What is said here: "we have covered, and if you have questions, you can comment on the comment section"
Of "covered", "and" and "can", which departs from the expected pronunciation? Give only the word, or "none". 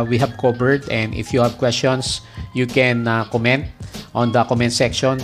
covered